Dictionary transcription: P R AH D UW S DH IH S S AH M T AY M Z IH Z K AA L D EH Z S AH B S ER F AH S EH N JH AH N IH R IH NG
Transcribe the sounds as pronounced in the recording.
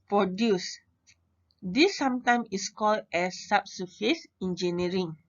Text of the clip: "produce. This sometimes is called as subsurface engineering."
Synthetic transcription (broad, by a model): P R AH D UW S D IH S S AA M T AY M IH S K AA L D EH S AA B S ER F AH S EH N JH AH N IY R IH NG